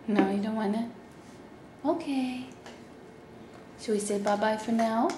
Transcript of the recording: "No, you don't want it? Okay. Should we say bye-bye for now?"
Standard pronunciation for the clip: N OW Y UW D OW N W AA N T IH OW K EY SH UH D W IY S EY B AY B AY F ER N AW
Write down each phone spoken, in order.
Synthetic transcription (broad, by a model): N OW Y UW D OW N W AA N IH OW K EY S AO W IY S EY B AY B AY F ER N AW